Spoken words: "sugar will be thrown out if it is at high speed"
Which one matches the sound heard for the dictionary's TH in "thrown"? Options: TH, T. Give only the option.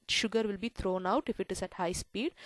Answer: T